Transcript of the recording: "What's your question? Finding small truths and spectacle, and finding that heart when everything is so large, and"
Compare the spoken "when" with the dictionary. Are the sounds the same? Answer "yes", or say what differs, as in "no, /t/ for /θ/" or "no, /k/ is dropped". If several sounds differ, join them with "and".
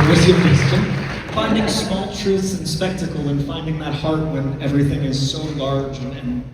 yes